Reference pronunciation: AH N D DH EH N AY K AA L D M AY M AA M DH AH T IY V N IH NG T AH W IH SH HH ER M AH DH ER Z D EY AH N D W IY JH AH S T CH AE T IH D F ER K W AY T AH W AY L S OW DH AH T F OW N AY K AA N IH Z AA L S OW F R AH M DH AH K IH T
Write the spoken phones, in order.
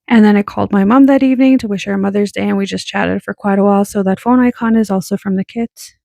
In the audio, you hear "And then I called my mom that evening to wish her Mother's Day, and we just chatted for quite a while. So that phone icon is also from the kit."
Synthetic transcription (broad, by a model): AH N DH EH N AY K AA L D M AY M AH M DH AH T IY V N IH NG T AH W IH SH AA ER M AH DH ER Z D EY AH N W IY JH AH S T CH AE T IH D F ER K W AY T AH W AY L S OW DH AH T F OW N AY K AA N IH Z AA L S OW F R AH M DH AH K IH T